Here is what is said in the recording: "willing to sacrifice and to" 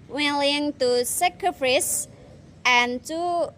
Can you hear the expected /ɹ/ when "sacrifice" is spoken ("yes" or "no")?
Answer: no